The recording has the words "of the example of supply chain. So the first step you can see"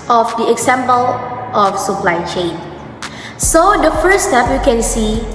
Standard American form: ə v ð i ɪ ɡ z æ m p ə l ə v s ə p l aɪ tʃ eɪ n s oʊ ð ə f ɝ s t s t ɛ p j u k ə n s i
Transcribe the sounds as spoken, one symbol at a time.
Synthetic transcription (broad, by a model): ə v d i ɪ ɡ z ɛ m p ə l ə f s ə p l aɪ tʃ eɪ n s oʊ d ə f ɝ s s t ɛ p j u k ə n s i